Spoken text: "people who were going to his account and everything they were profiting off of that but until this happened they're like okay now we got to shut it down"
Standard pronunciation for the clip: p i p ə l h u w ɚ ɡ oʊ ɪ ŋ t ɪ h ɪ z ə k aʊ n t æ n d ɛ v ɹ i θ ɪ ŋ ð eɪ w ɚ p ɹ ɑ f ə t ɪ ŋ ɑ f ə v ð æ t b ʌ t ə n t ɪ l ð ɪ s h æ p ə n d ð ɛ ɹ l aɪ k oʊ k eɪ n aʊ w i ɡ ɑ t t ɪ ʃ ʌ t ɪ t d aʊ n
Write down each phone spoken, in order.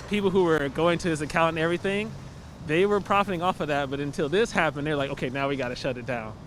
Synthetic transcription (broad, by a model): p i p l h u w ɚ ɡ oʊ ɪ ŋ t ɪ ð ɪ s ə k aʊ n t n ɛ v ɹ i θ ɪ ŋ ð eɪ w ɚ p ɹ ɑ f ə t ɪ ŋ ɑ f ə v ð æ t b ʌ t ə n t ɪ l ð ɪ s h æ p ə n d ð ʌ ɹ l aɪ k oʊ k eɪ n aʊ w i ɡ ɑ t t ɪ ʃ ʌ t ɪ t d aʊ n